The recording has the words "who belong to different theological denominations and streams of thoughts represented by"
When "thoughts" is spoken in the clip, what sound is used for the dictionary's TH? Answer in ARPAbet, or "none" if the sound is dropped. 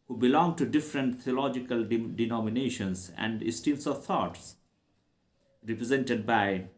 T